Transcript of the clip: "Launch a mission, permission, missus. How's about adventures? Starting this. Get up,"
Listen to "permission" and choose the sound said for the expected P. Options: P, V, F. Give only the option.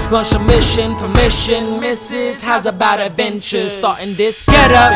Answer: F